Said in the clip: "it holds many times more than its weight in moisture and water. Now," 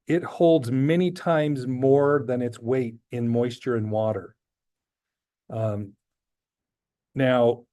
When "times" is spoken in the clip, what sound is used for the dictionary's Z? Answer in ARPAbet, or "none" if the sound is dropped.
Z